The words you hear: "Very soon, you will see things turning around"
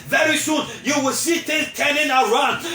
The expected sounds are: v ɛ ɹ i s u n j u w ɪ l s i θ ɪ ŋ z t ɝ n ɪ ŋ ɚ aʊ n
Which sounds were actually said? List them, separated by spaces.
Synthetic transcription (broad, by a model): v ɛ ɹ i s u n j u w ɪ l s i t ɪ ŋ t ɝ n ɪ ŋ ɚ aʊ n